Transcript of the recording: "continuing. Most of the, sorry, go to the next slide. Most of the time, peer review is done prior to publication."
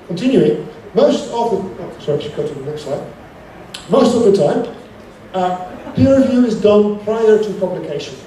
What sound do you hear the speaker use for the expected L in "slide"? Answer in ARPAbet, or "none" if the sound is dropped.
none